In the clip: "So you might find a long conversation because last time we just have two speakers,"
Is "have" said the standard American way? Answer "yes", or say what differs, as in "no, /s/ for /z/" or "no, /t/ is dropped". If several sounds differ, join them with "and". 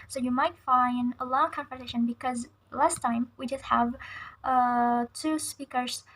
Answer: yes